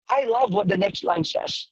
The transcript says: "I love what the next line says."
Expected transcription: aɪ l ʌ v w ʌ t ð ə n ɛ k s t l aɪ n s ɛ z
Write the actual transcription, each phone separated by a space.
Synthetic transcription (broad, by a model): aɪ l ʌ v w ʌ t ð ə n ɛ k s t l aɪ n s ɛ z